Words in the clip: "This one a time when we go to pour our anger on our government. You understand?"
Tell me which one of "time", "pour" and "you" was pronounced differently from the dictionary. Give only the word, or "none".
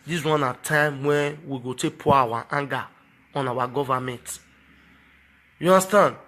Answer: pour